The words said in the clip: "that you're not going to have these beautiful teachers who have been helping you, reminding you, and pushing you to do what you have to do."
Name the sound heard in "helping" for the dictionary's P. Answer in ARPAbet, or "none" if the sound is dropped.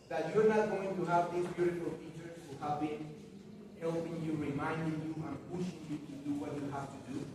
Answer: P